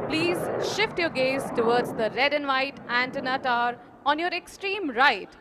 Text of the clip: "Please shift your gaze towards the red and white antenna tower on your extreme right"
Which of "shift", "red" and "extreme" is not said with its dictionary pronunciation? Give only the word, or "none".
none